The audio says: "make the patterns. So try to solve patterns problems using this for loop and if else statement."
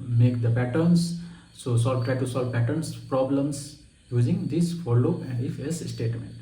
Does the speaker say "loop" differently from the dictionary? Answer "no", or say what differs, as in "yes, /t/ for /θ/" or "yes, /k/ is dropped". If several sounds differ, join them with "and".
yes, /p/ is dropped